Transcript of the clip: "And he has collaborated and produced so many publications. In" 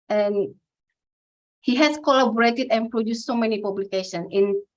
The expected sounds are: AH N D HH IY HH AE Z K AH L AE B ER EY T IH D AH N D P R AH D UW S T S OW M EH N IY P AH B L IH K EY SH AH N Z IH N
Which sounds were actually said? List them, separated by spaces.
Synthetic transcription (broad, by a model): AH N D HH IY HH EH S K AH L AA B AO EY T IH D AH N P R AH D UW S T S OW M EH N IY P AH B L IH K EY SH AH N IH N